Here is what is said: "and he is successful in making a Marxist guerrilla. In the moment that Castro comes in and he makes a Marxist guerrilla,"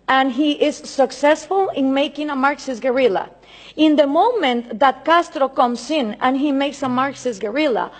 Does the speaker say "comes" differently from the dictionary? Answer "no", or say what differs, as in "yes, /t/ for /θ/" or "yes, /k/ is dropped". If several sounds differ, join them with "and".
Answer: yes, /s/ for /z/